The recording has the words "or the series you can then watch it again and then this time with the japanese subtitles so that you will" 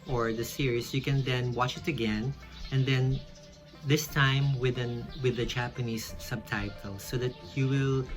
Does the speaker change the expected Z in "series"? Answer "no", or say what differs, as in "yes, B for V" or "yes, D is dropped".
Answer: yes, S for Z